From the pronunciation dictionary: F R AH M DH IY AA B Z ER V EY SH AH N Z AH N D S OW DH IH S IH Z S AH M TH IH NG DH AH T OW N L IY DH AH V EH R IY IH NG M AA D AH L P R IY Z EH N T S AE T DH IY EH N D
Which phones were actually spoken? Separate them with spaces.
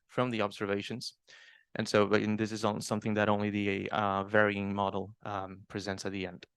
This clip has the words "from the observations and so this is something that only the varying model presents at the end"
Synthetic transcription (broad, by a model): F R AH M DH IY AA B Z ER V EY SH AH N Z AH N S OW DH IH S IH Z S AH M TH IH NG DH AH T OW N L IY DH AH V EH R IY IH NG M AA D L P R IY Z EH N T S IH T DH IY EH N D